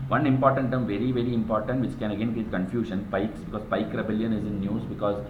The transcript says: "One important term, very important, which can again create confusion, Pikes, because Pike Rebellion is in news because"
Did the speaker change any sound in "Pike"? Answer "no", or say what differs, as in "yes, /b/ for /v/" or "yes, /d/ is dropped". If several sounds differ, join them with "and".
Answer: no